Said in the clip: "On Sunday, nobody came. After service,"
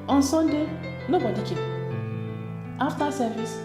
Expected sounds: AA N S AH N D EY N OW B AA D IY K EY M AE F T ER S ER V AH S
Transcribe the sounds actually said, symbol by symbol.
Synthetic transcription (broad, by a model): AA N S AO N D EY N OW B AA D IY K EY AA F T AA S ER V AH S